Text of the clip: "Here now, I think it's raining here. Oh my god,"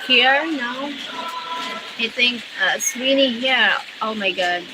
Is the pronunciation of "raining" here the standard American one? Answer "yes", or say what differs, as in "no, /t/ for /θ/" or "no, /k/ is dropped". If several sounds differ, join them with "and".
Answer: no, /w/ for /ɹ/